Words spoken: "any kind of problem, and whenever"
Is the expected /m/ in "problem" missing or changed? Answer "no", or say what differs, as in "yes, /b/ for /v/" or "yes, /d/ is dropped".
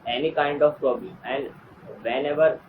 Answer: yes, /m/ is dropped